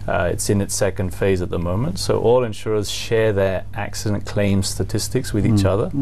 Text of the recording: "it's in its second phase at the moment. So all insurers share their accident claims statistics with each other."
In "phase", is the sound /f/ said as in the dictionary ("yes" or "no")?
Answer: yes